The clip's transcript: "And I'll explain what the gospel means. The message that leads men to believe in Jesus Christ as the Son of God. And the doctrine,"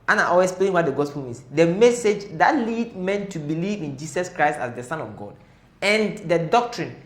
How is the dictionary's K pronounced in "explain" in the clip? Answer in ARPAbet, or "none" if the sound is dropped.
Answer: none